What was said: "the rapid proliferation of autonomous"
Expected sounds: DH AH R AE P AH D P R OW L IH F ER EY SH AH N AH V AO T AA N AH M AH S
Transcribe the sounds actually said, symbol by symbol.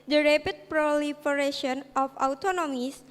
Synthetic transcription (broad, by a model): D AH R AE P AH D P R OW L IH F ER EY SH AH N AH F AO T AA N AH M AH S